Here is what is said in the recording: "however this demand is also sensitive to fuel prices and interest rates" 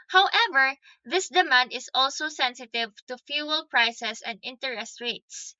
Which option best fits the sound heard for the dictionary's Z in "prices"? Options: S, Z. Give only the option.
S